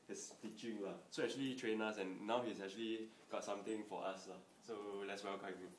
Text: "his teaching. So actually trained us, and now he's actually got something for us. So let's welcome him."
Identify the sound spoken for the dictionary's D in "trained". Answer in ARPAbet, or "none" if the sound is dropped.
none